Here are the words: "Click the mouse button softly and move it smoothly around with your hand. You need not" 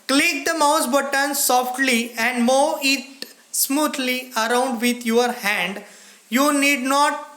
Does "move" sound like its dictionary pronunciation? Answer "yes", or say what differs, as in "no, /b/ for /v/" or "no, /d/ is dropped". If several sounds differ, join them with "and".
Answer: no, /v/ is dropped